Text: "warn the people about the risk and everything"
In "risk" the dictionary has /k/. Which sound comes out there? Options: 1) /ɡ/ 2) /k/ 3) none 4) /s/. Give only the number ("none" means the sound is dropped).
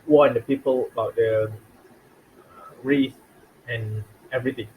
3